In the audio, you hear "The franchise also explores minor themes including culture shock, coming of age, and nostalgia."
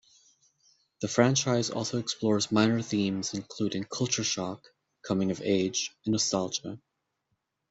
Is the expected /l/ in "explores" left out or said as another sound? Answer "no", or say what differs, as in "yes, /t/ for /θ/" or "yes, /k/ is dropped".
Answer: no